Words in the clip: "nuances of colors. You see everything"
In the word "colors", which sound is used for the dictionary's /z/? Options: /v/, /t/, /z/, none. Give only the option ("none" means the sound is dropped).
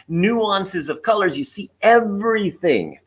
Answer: /z/